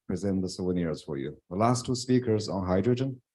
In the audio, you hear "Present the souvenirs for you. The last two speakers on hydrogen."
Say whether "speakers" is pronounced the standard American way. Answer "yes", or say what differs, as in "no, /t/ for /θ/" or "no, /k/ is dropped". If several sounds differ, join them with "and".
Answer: yes